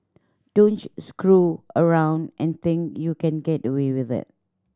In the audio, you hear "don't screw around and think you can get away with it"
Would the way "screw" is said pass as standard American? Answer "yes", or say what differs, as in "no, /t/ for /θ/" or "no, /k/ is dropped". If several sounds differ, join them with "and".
yes